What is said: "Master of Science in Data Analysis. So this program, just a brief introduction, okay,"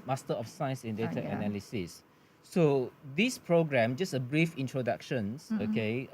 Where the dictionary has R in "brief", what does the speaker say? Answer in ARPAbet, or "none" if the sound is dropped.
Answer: R